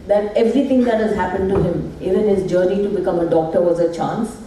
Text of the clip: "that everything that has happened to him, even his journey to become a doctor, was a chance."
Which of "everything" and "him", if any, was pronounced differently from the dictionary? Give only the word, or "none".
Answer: everything